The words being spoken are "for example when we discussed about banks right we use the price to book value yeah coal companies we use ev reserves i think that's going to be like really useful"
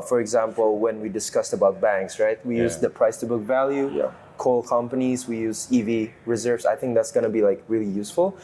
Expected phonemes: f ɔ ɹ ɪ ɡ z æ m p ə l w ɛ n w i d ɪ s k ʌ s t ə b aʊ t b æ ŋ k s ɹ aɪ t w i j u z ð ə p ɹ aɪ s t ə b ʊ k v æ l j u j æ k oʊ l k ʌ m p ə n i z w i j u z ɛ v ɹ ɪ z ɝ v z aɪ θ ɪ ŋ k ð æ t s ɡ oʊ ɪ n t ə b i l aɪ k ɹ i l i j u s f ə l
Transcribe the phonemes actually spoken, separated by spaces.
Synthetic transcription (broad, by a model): f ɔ ɹ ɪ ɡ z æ m p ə l w ɛ n w i d ɪ s k ʌ s t ə b aʊ t b æ ŋ k s ɹ aɪ t w i j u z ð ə p ɹ aɪ s t ə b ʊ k v æ l j u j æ k oʊ l k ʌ m p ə n i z w i j u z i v ɹ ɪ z ɝ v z aɪ θ ɪ ŋ k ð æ t s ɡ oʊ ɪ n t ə b i l aɪ k ɹ i l i j u s f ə l